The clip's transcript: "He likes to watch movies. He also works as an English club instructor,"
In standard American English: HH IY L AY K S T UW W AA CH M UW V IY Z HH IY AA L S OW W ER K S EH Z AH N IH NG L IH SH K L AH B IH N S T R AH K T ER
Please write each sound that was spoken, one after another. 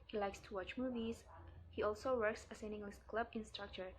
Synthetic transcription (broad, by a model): HH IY L AY K S T UW W AA CH M UW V IY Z HH IY AA L S OW W ER K S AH S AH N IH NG L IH S K L AH B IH N S T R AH K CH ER